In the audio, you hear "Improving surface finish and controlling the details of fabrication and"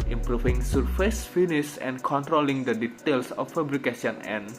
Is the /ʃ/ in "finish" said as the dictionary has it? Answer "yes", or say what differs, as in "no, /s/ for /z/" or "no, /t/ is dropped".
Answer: no, /s/ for /ʃ/